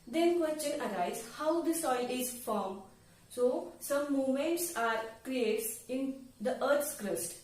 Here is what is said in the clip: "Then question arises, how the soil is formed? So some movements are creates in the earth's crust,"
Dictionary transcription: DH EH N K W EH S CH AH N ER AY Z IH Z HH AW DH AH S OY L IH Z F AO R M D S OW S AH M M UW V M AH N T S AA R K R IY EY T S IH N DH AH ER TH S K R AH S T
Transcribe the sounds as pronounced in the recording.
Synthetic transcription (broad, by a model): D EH N K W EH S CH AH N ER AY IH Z HH AW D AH S OY L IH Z F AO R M S OW S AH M M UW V M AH N T S AA R K R IY EY T S IH N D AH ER T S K R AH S T